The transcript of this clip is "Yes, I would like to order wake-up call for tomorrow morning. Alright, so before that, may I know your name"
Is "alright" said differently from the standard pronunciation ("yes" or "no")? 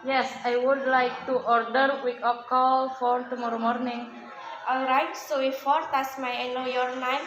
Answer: no